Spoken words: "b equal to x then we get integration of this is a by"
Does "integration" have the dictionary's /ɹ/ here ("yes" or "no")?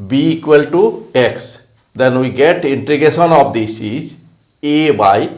no